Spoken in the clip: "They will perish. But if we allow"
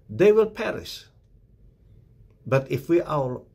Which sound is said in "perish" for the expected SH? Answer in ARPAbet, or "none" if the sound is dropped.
S